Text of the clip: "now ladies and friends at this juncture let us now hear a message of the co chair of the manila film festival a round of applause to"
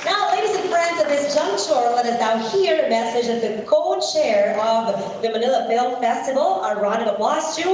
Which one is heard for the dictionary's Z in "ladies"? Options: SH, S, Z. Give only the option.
Z